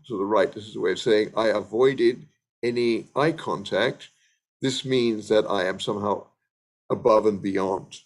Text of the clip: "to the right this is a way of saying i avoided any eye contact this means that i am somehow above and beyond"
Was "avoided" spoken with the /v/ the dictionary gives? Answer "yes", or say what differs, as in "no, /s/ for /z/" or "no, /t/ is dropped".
yes